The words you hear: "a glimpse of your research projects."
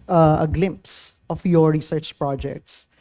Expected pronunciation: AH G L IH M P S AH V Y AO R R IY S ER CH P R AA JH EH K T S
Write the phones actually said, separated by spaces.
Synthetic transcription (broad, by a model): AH G L IH M P S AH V Y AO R R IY S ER CH P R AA JH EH K T S